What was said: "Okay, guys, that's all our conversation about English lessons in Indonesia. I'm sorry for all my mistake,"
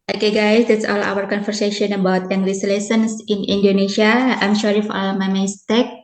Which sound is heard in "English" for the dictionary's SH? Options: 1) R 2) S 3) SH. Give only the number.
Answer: 2